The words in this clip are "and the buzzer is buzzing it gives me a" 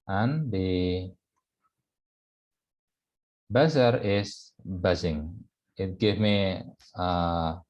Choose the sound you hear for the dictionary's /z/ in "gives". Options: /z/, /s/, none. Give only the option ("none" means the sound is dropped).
none